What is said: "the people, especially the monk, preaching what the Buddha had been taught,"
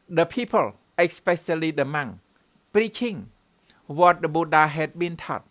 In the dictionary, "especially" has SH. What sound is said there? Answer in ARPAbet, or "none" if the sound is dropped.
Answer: S